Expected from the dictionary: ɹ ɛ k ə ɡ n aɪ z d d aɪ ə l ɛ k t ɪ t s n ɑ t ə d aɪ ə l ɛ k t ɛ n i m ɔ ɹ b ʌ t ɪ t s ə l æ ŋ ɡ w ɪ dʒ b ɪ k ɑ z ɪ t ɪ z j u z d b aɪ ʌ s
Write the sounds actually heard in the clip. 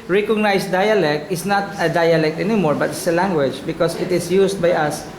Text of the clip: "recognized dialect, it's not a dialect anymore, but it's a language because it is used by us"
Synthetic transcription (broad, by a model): ɹ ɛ k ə ɡ n aɪ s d d aɪ ə l ɛ k t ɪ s n ɑ t ə d aɪ ə l ɛ k t ɛ n i m ɔ ɹ b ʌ t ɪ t s ə l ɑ ŋ ɡ w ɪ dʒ b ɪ k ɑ s ɪ t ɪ s j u s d b aɪ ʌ s